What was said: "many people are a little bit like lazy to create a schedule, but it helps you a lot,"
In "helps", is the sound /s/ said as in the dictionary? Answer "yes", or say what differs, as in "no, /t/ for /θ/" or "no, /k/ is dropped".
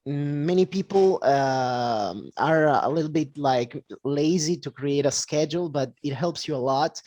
yes